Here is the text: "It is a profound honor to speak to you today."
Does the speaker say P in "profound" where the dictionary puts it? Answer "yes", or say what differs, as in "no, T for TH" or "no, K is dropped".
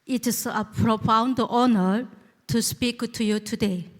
yes